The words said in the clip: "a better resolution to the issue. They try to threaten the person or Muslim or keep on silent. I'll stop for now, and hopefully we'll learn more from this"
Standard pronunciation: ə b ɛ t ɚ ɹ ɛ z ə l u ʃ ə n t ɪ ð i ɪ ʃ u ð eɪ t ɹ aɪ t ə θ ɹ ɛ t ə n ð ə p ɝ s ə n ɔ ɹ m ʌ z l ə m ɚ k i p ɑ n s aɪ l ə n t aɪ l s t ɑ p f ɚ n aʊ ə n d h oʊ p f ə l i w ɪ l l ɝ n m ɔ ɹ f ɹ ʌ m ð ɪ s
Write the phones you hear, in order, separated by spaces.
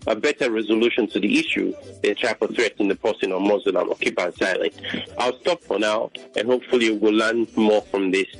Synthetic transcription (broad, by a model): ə b ɛ t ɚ ɹ ɛ z ə l u ʃ ə n t ɪ ð i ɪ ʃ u ð eɪ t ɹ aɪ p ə θ ɹ ɛ t ə n ð ə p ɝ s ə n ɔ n m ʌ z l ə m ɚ k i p ɑ n s aɪ l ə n t aɪ l s t ɑ p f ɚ n aʊ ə n h oʊ p f ə l i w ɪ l l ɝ n m ɔ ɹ f ɹ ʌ m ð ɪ s